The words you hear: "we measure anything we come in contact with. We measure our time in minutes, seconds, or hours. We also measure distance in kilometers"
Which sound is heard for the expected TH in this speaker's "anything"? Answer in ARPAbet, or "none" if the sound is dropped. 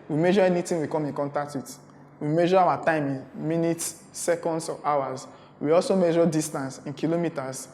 T